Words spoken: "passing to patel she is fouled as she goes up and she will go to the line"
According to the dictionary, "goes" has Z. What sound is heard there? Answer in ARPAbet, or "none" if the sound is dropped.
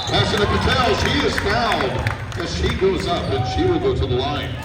Z